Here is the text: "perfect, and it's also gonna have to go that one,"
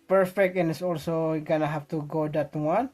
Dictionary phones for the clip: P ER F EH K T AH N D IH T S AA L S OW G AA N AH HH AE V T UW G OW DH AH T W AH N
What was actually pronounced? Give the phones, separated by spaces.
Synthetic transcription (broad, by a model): P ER F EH K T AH N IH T S AA L S OW G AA N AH HH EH F T UW G OW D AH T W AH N